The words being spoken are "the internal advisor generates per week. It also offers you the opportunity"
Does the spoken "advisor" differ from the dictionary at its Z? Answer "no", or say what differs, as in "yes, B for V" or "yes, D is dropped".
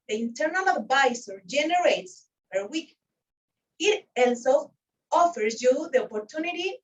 yes, S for Z